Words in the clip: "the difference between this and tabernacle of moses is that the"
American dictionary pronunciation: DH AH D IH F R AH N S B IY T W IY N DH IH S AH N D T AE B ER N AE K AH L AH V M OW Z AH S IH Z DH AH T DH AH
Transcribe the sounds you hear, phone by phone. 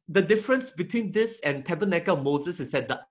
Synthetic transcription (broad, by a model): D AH D IH F R AH N S B IY T W IY N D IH S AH N T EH B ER N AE K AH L M OW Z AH S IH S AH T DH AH